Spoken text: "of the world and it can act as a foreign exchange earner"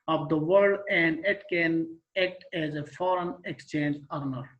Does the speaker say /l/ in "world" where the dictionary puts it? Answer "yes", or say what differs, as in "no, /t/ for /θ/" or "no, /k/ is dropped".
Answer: no, /l/ is dropped